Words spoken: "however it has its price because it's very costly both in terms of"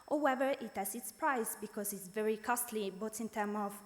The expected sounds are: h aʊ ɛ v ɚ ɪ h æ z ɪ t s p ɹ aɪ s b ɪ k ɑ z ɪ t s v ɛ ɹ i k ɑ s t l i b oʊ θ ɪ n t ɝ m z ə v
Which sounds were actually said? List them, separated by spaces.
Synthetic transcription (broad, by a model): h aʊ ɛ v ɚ ɪ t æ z ɪ t s p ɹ aɪ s b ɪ k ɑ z ɪ t s v ɛ ɹ i k ɑ s t l i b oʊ t ɪ n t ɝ m ə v